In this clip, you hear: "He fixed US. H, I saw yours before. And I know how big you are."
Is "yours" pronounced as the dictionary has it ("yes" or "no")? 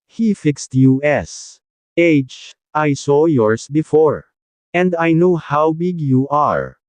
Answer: no